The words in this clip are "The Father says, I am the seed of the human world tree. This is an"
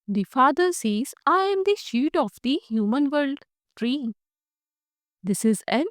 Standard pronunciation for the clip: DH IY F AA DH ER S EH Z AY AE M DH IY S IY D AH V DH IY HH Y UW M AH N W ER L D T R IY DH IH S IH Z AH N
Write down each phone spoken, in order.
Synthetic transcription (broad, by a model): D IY F AA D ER S EH Z AY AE M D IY SH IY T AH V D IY HH Y UW M AH N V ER L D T R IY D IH S IH Z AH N